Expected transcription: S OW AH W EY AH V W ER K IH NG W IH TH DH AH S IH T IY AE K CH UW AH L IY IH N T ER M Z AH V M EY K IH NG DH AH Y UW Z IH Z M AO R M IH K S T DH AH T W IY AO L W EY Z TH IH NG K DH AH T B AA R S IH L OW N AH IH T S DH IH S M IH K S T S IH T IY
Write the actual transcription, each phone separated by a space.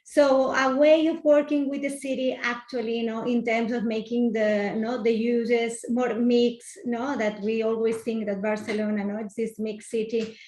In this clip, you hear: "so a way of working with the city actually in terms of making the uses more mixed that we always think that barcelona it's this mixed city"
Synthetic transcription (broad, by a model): S OW AH W EY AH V W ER K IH NG W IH DH AH S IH T IY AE K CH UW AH L IY IH N T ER M S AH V M EY K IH NG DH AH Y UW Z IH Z M AO R M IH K S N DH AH T W IY AO L W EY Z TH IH NG K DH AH T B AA R S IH L OW N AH IH T S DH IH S M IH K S S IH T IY